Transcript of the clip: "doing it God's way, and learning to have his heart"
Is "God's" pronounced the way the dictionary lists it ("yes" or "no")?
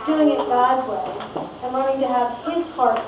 no